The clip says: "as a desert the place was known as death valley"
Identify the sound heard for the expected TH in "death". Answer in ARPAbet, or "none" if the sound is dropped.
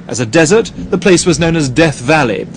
TH